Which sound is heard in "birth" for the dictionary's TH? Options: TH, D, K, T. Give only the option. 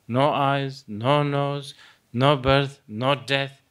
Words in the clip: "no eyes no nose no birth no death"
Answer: T